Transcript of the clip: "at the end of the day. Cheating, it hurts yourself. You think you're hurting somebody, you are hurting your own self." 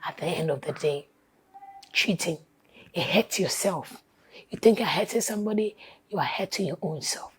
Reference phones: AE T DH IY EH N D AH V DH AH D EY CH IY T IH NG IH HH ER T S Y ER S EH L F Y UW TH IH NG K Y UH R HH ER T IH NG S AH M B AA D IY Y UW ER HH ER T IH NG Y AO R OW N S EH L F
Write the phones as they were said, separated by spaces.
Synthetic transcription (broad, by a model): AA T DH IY EH N D AH V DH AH D EY CH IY T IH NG IH HH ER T Y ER S EH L F Y UW TH IH NG K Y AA HH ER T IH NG S AH M B AA D IY Y UW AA HH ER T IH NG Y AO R OW N S EH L F